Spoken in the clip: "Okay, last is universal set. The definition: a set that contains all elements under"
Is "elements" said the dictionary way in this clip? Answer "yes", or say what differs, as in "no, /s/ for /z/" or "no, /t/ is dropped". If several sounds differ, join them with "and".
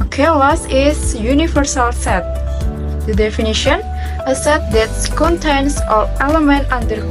no, /s/ is dropped